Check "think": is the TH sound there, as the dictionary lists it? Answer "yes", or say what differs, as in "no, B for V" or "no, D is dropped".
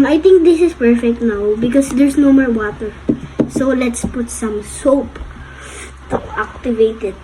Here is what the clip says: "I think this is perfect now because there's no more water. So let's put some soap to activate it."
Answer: no, T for TH